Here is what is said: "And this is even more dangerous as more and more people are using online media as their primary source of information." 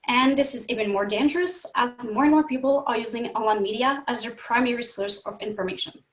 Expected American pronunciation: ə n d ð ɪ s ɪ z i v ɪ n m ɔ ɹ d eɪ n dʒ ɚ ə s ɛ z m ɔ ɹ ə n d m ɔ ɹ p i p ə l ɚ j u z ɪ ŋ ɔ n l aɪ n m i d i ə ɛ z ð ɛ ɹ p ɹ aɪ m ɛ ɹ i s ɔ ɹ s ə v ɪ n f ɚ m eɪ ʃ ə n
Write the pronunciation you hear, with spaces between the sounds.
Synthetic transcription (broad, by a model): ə n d ð ɪ s ɪ z i v ɪ n m ɔ ɹ d eɪ n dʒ ɚ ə s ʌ z m ɔ ɹ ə n m ɔ ɹ p i p l ɚ j u z ɪ ŋ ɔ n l aɪ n m i d i ə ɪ z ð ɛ ɹ p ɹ aɪ m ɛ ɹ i s ɔ ɹ s ə v ɪ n f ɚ m eɪ ʃ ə n